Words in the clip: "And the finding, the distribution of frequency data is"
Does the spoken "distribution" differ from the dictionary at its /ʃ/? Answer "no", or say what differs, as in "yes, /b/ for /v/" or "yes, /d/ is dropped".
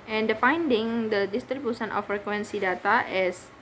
yes, /s/ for /ʃ/